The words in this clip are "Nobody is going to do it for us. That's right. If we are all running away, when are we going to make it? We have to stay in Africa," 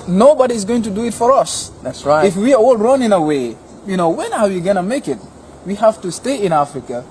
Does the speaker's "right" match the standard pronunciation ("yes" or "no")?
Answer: no